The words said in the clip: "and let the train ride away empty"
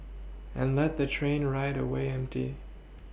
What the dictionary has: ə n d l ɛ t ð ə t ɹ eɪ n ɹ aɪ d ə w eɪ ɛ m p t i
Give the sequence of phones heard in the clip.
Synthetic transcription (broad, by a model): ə n l ɛ t ð ə t ɹ eɪ n ɹ aɪ d ə w eɪ ɛ m p t i